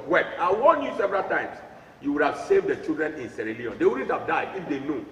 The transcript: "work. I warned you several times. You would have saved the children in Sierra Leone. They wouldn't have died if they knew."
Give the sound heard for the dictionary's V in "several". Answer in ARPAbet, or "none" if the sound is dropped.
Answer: V